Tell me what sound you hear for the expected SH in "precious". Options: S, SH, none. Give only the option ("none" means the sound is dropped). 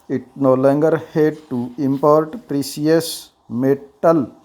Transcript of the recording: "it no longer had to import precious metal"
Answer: S